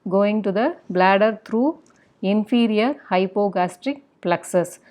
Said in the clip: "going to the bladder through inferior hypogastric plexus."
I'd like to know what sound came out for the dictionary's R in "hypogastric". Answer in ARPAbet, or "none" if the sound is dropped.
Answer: R